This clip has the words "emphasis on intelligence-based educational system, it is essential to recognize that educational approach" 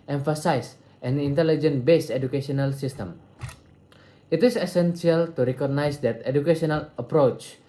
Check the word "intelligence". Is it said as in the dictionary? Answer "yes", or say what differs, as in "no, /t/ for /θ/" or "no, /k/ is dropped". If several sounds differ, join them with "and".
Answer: no, /s/ is dropped